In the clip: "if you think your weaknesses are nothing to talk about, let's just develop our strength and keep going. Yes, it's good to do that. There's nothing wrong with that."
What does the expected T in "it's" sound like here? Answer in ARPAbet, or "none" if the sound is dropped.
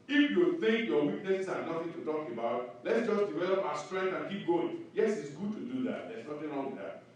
T